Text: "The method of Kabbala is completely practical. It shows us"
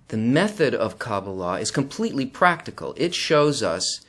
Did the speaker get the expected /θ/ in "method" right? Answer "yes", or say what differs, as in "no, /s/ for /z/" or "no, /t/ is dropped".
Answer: yes